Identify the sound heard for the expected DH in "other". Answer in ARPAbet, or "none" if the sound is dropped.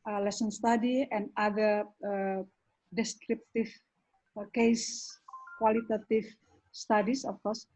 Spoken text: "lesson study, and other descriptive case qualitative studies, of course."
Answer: none